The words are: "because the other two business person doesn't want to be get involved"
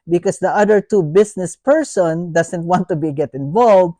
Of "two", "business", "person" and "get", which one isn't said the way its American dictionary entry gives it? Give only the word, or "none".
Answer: business